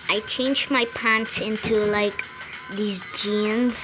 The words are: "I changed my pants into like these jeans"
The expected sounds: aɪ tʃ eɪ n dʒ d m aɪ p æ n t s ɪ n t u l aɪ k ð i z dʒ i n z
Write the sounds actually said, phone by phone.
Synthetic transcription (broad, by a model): aɪ tʃ eɪ n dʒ m aɪ p æ n t s ɪ n t u l aɪ k ð i z dʒ i n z